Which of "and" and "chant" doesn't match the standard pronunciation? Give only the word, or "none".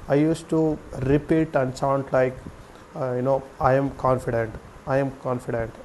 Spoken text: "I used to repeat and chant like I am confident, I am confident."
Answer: chant